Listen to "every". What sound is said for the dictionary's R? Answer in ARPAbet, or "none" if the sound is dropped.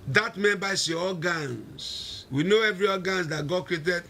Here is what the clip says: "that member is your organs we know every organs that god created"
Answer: R